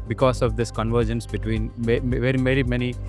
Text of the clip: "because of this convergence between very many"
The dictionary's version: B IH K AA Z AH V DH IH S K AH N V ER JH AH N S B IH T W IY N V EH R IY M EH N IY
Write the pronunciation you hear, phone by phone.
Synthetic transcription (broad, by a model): B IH K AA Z AH V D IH S K AH N V ER JH AH N S B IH T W IY N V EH R IY M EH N IY